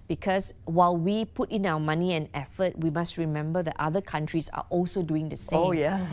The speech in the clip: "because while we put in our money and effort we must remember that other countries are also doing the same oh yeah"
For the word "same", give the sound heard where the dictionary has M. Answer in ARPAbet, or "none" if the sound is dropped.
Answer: none